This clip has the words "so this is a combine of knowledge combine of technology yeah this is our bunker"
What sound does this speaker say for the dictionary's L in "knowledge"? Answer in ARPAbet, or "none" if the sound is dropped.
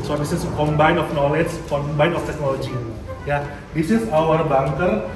L